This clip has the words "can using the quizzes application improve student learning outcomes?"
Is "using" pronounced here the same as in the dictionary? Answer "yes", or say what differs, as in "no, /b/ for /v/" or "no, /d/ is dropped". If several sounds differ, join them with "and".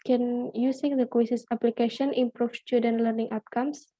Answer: no, /s/ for /z/